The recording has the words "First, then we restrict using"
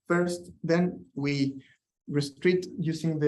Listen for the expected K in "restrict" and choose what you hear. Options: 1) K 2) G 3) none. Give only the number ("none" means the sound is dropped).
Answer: 3